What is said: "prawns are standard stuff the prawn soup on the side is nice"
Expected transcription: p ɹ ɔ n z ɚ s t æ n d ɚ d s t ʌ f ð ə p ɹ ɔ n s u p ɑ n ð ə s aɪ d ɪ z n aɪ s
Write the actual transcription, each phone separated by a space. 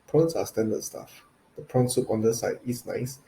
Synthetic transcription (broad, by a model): p ɹ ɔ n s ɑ s t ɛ n d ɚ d s t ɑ f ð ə p ɹ ɔ n s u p ɑ n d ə s aɪ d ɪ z n aɪ s